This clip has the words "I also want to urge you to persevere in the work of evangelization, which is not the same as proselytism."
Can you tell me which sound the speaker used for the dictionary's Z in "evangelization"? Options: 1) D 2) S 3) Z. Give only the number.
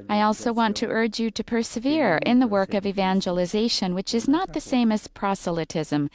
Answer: 3